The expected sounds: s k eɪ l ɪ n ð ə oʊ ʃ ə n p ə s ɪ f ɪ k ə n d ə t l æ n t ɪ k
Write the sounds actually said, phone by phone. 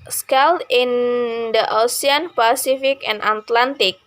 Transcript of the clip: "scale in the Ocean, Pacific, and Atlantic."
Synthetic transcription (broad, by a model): s k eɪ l ɪ n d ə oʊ s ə n p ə s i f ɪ k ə n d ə t l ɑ n t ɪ k